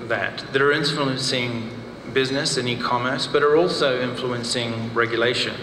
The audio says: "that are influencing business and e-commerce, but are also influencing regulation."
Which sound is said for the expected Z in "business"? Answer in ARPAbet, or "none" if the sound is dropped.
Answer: Z